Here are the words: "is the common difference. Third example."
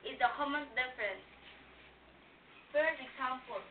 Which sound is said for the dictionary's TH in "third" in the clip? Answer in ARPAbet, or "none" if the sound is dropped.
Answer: F